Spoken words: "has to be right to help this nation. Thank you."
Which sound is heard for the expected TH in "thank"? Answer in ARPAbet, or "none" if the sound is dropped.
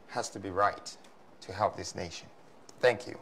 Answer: TH